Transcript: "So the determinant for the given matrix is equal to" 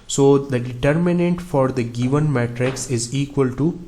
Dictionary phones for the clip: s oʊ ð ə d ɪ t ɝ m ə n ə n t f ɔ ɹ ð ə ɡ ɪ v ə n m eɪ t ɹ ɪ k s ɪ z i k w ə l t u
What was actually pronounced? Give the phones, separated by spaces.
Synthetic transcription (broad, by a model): s oʊ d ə d ɪ t ɝ m ə n ə n t f ɔ ɹ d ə ɡ ɪ v ə n m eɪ t ɹ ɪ k s ɪ z i k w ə l t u